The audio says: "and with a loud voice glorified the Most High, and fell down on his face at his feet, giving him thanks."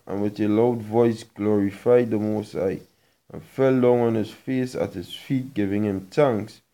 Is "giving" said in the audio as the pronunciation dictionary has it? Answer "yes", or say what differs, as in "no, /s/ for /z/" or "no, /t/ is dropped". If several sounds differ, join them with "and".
yes